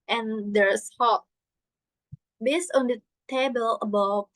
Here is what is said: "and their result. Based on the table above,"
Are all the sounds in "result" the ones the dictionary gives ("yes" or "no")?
no